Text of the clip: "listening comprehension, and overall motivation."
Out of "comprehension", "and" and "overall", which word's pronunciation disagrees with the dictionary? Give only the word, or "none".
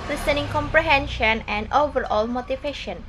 none